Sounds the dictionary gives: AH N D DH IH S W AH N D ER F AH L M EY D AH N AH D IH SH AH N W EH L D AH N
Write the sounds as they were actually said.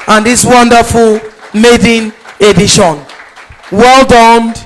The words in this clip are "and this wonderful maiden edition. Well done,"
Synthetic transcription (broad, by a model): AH N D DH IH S W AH N D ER F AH L M EY D AH N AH D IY SH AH N W EH L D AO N